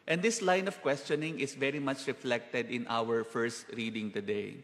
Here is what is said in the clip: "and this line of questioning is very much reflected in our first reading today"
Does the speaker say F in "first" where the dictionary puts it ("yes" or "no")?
yes